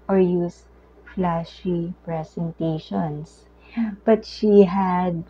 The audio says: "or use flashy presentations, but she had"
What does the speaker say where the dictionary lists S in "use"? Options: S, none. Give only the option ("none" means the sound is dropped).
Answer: S